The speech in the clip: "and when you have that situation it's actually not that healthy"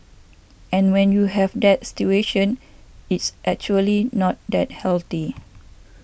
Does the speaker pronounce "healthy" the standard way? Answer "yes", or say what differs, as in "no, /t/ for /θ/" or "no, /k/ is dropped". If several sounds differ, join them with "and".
no, /t/ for /θ/